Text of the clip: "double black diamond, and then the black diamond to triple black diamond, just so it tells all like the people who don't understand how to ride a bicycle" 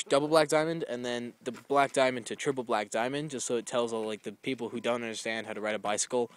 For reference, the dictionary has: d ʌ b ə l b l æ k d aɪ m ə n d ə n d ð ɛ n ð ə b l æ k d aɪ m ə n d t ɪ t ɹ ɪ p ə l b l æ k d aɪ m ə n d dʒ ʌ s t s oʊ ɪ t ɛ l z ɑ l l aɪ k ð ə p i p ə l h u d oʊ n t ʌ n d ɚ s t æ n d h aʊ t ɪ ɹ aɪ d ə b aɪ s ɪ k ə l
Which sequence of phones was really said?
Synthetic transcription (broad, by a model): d ʌ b l b l æ k d aɪ m ə n d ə n ð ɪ n ð ə b l æ k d aɪ m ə n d t ɪ t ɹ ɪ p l b l æ k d aɪ m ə n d dʒ ʌ s t s oʊ ɪ t ɛ l z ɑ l l aɪ k ð ə p i p l h u d oʊ n t ʌ n d ɚ s t æ n d h aʊ t ɪ ɹ aɪ d ə b aɪ s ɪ k l